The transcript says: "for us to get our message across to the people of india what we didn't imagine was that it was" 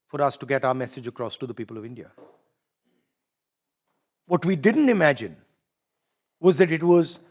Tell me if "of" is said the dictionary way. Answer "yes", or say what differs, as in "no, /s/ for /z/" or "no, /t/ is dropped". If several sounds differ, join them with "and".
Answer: yes